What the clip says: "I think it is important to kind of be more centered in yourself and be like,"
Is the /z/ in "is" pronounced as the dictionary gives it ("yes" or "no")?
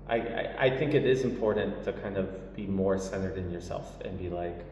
yes